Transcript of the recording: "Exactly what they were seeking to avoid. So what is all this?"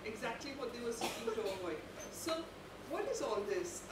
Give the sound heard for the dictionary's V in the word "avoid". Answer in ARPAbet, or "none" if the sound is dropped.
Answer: none